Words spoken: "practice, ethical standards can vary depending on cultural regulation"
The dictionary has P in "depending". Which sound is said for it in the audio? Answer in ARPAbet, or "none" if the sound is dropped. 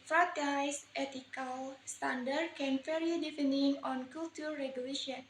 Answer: F